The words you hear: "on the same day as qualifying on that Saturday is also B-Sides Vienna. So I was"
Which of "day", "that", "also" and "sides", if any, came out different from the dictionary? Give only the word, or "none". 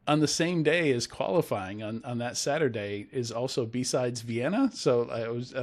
none